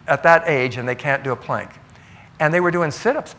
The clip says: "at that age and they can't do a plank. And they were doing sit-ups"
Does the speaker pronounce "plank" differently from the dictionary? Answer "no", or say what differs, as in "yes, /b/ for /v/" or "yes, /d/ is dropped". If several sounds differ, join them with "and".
no